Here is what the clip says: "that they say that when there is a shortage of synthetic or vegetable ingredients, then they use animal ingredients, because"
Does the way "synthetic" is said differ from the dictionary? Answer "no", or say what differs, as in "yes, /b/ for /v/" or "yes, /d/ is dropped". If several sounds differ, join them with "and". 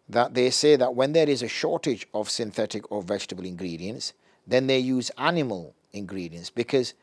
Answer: no